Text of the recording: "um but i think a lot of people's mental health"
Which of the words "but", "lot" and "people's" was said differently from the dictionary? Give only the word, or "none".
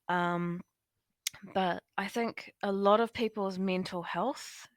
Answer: none